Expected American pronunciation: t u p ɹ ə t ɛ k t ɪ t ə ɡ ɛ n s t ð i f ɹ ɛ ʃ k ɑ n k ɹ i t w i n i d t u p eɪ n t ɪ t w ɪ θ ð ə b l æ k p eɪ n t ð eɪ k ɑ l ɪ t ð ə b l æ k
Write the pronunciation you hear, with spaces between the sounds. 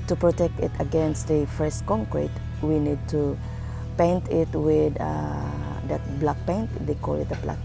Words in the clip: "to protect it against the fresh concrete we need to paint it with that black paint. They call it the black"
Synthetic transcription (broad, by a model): t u p ɹ ə t ɛ k t ɪ t ə ɡ ɛ n s t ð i f ɛ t k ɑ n k ɹ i t w i n i d t u p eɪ n t ɪ t w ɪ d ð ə b l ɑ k p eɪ n t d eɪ k ɑ l ɪ t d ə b l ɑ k